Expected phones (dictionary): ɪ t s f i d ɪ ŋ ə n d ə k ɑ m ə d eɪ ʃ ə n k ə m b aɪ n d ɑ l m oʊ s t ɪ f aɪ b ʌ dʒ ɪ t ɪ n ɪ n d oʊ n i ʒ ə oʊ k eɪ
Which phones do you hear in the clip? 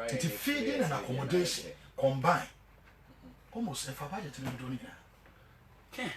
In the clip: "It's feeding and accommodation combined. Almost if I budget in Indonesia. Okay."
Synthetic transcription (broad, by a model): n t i f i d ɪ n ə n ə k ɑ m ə d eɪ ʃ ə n k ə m b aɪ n ɑ m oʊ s ɪ f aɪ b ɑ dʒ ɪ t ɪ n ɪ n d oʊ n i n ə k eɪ